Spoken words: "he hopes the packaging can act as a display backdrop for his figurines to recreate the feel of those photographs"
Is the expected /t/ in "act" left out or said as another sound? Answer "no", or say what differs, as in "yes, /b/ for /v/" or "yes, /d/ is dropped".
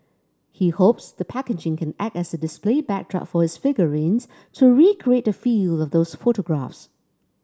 no